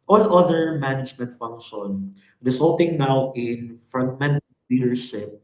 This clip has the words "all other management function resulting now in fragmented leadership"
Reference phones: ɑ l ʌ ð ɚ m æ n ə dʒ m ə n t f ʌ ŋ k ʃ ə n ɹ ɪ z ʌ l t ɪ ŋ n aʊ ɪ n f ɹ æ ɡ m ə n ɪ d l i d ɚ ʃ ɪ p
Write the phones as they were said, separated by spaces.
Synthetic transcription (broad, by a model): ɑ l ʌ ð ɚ m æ n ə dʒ m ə n t f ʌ ŋ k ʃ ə n ɹ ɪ s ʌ l t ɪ ŋ n aʊ ɪ n f ɹ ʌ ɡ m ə n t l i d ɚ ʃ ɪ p